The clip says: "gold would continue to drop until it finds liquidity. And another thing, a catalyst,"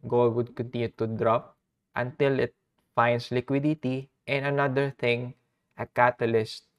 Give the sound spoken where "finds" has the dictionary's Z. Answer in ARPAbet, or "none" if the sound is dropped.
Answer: S